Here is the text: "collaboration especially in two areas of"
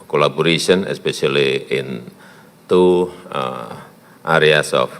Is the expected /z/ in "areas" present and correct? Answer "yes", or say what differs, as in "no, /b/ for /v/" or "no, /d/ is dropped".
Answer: no, /s/ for /z/